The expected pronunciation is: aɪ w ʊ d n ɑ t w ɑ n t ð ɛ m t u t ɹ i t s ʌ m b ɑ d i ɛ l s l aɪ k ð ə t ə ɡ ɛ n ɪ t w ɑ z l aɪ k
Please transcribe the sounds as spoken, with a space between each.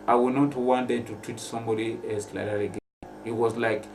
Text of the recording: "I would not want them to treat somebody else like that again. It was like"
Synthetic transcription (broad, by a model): aɪ w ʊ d n ɑ t w ɑ n t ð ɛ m t u t ɹ i t s ʌ m b ɑ d i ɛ s l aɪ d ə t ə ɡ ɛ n ɪ t w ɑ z l aɪ k